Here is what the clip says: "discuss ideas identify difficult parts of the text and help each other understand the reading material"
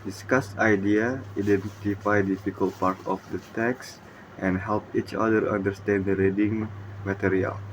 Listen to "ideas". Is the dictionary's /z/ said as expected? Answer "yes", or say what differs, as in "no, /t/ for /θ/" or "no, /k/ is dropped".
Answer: no, /z/ is dropped